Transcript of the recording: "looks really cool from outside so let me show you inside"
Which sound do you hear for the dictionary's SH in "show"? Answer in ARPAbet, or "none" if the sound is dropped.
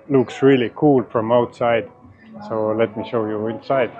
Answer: SH